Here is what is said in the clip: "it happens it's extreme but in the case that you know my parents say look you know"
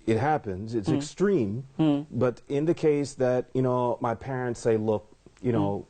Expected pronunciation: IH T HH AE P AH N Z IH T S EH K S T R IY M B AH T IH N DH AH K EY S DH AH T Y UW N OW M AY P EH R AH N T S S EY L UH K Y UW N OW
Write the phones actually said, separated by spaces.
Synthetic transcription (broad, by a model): IH T HH AE P AH N Z IH T S EH K S T R IY M B AH T IH N DH AH K EY S DH AH T Y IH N OW M AY P EH R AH N T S S EY L UH K Y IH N OW